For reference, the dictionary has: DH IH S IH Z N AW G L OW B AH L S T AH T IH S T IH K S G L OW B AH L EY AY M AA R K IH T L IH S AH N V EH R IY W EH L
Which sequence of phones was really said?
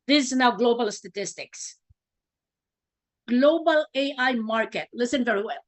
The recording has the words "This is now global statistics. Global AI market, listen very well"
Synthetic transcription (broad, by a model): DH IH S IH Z N AW G L OW B AH L S T AH T IH S T IH K S G L OW B AH L EY AY M AA R K IH T L IH S AH N V EH R IY W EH L